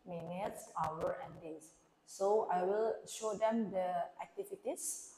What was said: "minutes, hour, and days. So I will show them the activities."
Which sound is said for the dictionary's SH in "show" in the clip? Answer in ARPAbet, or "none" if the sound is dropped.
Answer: SH